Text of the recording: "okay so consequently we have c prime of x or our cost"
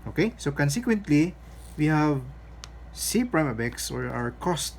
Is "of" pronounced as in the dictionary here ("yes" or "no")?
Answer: no